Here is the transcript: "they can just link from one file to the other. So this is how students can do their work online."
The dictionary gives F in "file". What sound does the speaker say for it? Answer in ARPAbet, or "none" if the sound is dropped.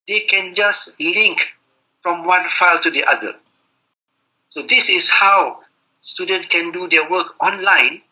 F